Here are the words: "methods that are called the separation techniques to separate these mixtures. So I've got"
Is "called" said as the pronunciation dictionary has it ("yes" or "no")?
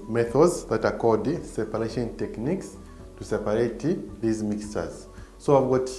no